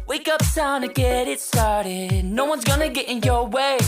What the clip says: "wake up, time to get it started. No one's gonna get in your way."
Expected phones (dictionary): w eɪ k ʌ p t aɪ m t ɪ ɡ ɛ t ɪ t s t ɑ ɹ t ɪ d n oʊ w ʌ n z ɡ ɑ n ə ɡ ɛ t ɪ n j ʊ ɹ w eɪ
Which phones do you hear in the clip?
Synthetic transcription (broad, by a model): w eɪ k ʌ p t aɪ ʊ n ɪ ɡ ɛ t ɪ t s t ɑ ɹ t ɪ d n oʊ w ʌ n z ɡ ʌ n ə ɡ ɛ t ɪ n j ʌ ɹ w eɪ